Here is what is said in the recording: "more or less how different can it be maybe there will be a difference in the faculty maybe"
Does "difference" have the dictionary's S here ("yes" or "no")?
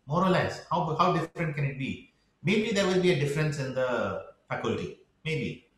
yes